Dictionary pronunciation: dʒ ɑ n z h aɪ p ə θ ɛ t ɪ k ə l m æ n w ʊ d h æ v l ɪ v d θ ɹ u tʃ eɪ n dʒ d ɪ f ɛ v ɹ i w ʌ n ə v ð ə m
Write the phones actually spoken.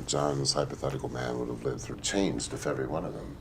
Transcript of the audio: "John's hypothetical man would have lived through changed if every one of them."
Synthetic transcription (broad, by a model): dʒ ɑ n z h aɪ p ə θ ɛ t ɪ k l m æ n w ʊ d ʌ v l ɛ d θ ɹ u tʃ eɪ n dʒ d ɪ f ɛ v ɹ i w ʌ n ə v ð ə m